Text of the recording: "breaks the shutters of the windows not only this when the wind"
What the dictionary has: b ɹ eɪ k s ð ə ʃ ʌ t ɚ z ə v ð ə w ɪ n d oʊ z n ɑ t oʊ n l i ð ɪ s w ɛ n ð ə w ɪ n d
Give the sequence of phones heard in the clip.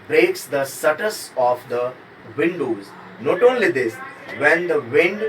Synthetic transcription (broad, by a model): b ɹ eɪ k s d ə s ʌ t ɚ s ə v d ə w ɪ n d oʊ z n ɑ t oʊ n l i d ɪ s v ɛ n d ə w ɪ n d